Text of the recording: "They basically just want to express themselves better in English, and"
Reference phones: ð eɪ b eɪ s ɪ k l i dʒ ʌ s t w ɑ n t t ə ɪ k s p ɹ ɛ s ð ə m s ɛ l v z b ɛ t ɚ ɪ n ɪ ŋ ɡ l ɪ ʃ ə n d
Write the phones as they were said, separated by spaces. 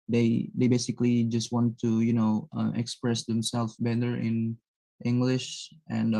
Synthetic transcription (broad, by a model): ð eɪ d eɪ s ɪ k l i dʒ ʌ s t w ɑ n t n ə ɪ k s p ɹ ɛ s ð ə m s ɛ l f b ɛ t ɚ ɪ n ɪ ŋ ɡ l ɪ ʃ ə n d